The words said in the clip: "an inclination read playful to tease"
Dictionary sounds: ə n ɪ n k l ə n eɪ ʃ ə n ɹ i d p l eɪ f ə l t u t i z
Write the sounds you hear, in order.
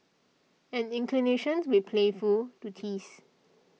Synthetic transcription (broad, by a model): ə n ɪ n k l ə n eɪ ʃ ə n w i p l eɪ f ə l t u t i s